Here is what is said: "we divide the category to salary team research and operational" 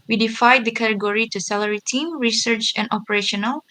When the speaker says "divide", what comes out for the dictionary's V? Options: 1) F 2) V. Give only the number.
1